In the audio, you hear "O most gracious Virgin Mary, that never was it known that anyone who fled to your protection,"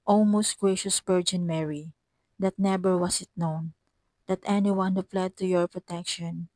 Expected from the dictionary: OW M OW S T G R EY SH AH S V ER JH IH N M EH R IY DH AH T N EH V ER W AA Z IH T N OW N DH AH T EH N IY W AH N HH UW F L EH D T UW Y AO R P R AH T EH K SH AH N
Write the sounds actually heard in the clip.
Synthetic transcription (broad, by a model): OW M OW S T G R EY SH AH S P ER JH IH N M EH R IY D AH T N EH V ER W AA S IH T N OW N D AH T EH N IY W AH N HH UW F L EH D T UW Y AO R P R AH T EH K SH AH N